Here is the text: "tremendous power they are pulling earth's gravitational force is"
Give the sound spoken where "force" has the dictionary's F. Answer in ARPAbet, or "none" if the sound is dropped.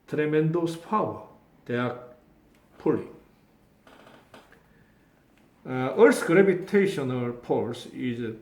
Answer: P